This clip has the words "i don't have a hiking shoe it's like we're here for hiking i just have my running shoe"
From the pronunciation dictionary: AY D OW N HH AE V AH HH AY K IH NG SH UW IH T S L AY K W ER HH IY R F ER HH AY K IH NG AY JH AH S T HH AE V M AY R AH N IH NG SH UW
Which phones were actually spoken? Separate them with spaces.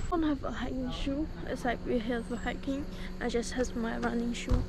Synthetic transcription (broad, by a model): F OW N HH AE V AH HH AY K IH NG SH UW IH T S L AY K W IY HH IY L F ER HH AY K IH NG AY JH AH S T HH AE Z M AY R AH N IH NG SH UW